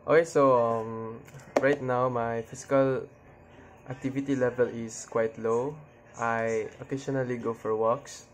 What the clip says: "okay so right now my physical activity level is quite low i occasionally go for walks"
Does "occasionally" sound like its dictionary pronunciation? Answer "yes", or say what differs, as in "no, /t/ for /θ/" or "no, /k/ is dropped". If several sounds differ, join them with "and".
no, /ʃ/ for /ʒ/